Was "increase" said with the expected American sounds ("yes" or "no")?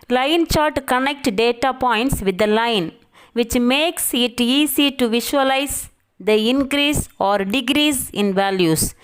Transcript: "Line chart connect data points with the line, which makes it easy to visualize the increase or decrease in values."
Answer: yes